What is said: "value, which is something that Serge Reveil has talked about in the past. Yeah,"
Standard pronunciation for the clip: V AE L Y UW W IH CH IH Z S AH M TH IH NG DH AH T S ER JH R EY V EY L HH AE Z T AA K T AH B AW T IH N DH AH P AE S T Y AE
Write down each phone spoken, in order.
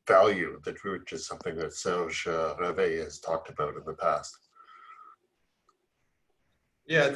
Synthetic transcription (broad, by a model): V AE L Y UW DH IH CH IH Z S AH M TH IH NG DH AH T S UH ZH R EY V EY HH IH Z T AA K T AH B AW T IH N DH AH P AE S T Y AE